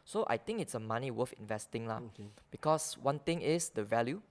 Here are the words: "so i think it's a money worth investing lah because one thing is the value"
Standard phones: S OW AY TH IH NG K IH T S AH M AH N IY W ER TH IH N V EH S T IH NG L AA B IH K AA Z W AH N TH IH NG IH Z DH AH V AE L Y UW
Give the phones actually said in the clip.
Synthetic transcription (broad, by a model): S OW AY T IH NG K IH T S AH M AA N IY W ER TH IH N V EH S T IH NG L AA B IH K AA S W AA N T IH NG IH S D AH V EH L Y UW